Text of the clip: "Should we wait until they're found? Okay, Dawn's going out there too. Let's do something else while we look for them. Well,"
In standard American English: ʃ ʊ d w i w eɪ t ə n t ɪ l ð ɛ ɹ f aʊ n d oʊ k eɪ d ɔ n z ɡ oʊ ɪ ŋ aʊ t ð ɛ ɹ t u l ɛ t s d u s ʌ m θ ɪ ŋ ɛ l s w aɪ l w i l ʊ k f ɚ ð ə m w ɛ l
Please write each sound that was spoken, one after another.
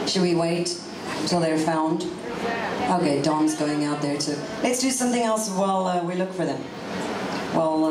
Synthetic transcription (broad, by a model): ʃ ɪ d w i w eɪ t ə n t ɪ l ð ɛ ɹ f aʊ n d oʊ k eɪ d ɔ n z ɡ oʊ ɪ ŋ aʊ t ð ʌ ɹ t u l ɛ t s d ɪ s ʌ m θ ɪ ŋ ɛ l s w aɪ l w i l ʊ k f ɚ ð ə m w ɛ l